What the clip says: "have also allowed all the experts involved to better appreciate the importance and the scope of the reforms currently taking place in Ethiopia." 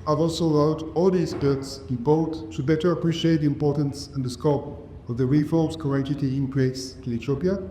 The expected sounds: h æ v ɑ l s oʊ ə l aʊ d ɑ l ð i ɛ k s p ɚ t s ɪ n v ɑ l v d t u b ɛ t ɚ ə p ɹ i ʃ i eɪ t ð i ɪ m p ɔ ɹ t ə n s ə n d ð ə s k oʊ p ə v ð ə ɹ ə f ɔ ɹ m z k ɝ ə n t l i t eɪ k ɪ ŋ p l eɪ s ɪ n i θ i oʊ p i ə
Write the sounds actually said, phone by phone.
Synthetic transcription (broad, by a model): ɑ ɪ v ɑ l s oʊ ə l aʊ d ɑ l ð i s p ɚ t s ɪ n b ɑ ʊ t t u b ɛ t ɚ ə p ɹ i ʃ i eɪ t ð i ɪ m p ɔ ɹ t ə n s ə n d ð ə s k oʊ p ə v ð ə ɹ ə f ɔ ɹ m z k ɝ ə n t i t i ɪ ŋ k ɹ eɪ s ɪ l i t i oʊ p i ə